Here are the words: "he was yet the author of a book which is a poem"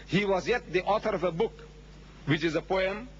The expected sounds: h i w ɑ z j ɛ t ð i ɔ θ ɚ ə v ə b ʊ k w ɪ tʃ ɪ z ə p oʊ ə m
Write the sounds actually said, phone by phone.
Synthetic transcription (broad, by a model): h i w ɑ z j ɛ t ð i ɔ θ ɚ ə v ə b ʊ k w ɪ tʃ ɪ z ə p oʊ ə m